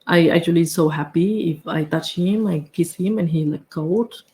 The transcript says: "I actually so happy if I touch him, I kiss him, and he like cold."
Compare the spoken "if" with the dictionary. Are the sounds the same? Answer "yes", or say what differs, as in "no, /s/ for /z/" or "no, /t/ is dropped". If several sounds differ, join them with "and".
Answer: yes